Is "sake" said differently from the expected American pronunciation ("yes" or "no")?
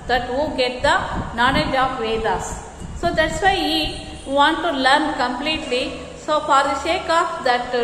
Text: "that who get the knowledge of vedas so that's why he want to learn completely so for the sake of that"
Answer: yes